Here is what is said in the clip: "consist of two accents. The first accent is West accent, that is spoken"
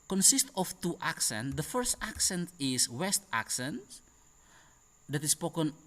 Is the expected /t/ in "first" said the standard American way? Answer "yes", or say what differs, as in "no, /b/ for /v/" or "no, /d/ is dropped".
yes